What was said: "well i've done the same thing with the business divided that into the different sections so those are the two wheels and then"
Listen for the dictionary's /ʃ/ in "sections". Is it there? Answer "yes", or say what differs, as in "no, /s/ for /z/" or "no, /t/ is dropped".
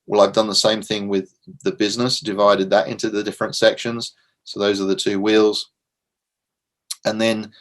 yes